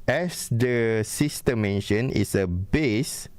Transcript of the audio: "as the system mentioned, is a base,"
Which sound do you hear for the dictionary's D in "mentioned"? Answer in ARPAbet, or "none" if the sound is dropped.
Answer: none